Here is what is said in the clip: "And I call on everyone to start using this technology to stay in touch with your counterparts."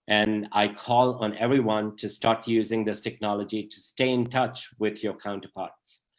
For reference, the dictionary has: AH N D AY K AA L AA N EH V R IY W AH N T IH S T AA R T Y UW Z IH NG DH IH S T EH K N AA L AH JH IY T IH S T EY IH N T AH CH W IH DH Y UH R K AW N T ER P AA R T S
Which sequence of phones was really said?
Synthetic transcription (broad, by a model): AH N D AY K AA L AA N EH V R IY W AH N T IH S T AA R T Y UW Z IH NG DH IH S T EH K N AA L AH JH IY T IH S T EY IH N T AH CH W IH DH Y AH R K AW N T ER P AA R T S